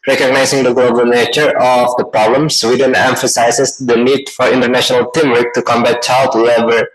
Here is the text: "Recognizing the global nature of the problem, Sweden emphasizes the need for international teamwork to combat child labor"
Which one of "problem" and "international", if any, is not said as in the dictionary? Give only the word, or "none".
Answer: none